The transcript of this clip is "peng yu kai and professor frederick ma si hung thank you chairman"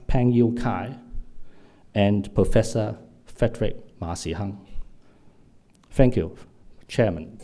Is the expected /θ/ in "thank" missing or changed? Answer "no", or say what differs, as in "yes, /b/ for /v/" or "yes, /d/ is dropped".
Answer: yes, /f/ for /θ/